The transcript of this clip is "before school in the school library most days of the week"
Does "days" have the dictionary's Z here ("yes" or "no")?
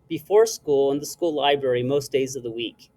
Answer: yes